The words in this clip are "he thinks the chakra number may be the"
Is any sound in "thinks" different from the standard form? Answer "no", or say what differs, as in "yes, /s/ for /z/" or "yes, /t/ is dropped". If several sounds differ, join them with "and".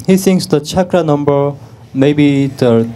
yes, /s/ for /θ/ and /k/ is dropped